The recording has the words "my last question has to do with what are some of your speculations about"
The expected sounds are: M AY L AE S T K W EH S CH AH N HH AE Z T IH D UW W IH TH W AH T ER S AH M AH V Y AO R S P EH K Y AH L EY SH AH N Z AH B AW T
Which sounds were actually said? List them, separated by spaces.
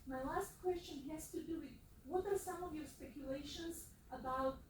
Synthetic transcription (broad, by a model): M AY L AE S T K W EH S CH AH N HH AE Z T IH D UW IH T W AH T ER S AH M AH V Y AO R S P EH K Y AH L EY SH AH N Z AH B AW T